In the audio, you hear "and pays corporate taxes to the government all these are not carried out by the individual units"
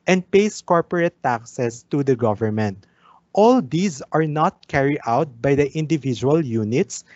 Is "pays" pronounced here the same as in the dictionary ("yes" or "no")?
no